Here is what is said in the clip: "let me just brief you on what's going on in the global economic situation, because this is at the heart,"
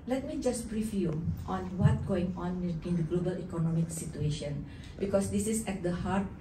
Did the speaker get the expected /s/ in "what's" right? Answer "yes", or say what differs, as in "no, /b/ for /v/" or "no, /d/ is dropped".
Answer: no, /s/ is dropped